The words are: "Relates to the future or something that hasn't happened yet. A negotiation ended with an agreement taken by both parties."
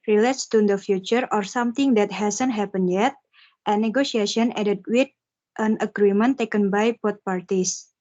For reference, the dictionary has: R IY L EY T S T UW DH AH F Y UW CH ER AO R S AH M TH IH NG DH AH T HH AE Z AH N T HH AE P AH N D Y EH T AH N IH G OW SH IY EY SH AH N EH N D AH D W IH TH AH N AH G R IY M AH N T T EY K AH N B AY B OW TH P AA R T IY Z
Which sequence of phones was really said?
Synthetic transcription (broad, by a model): R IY L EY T S T UW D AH F Y UW CH ER AO R S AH M T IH NG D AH T HH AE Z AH N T HH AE P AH N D Y EH T AH N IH G OW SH IY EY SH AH N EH D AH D W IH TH AH N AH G R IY M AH N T T EY K AH N B AY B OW T P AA R T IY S